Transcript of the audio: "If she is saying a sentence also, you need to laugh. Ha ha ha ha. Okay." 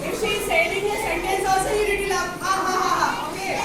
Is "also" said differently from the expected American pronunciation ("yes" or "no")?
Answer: yes